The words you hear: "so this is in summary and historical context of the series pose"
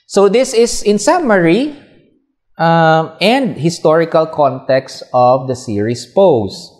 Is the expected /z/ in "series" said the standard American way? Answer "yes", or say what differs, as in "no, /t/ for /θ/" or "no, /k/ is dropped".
no, /s/ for /z/